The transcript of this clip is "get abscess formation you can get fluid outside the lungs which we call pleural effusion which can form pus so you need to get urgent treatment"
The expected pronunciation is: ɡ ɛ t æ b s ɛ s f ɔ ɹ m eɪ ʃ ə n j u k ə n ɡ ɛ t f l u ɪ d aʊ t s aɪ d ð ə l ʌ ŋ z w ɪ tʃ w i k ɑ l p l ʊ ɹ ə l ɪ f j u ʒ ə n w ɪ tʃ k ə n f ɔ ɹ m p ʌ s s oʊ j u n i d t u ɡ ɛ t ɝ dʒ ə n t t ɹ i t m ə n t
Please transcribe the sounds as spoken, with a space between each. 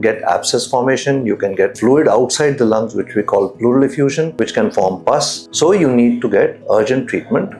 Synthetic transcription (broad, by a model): ɡ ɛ t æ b s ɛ s f ɔ ɹ m eɪ ʃ ə n j u k ə n ɡ ɛ t f l u ɪ d aʊ t s aɪ d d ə l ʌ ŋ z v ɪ tʃ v i k ɑ l p l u ɹ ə l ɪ f j u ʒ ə n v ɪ tʃ k ə n f ɔ ɹ m p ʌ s s oʊ j u n i d t u ɡ ɛ t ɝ dʒ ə n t t ɹ i t m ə n t